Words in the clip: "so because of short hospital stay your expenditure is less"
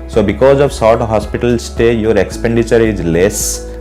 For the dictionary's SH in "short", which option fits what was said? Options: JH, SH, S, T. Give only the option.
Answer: S